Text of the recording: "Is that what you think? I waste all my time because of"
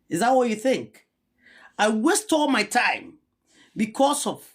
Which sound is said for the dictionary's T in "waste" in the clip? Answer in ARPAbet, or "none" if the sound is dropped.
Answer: T